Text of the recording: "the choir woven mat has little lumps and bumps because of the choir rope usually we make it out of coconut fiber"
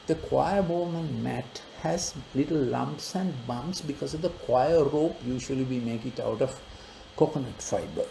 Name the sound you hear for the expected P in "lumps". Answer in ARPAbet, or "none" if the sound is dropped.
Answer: P